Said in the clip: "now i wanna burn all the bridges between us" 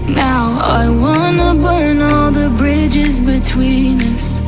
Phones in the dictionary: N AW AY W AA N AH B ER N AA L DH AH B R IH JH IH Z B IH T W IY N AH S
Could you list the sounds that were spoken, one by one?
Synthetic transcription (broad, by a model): N AW AY W AA N AH B ER N AA L DH AH B R IH JH IH Z B IH T W IY N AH S